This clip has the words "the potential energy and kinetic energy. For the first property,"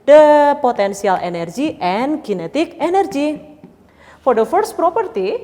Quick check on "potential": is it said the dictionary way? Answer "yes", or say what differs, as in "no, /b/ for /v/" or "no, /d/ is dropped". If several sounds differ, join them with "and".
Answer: no, /s/ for /ʃ/